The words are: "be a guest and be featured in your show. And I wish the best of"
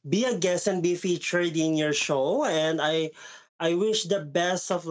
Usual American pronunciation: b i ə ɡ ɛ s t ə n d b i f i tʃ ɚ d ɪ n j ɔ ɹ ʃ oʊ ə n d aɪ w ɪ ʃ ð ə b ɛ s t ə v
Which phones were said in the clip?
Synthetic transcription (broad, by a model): b i ə ɡ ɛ s ə n b i f i tʃ ɚ d ɪ n j ɔ ɹ ʃ oʊ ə n d aɪ w ɪ ʃ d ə b ɛ s t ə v